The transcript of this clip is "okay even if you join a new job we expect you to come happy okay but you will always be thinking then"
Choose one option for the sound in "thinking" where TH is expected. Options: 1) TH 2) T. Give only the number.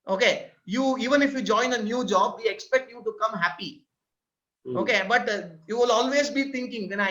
2